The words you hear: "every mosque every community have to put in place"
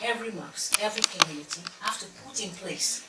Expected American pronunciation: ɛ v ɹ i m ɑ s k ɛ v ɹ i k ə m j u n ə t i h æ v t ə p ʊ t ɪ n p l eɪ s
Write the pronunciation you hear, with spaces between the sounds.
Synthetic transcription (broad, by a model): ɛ v ɹ i m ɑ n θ ɛ v ɹ i k ə m j u n ə t i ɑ f t ə p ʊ t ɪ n p l eɪ s